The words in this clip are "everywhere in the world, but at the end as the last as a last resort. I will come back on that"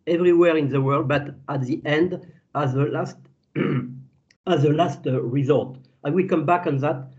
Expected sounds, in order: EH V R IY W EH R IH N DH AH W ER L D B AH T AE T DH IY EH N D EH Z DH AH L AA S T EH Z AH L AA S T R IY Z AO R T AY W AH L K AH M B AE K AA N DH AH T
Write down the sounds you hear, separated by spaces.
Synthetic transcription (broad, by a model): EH V R IY W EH R IH N DH AH W ER L D B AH T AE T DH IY EH N D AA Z DH AH L AA S T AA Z AH L AA S T R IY Z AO L T AY W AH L K AH M B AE K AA N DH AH T